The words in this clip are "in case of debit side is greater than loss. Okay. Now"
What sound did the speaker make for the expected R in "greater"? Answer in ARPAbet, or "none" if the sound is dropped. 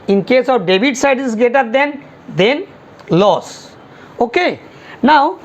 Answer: none